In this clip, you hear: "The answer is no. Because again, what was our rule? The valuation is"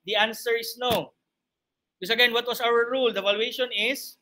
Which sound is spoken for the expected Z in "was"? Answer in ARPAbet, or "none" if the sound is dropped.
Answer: S